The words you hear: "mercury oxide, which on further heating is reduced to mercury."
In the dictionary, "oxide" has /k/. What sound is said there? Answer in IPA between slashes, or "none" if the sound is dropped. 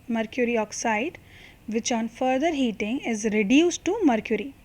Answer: /k/